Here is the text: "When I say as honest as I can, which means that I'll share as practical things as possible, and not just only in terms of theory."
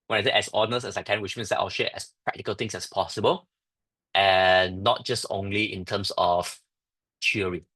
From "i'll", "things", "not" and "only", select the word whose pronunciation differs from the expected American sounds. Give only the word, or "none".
things